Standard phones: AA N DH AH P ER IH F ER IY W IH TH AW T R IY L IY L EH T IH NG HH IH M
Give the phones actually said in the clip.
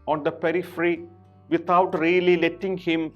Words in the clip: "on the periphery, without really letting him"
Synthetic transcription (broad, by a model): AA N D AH P ER IH F ER IY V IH T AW T R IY L IY L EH T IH NG HH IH M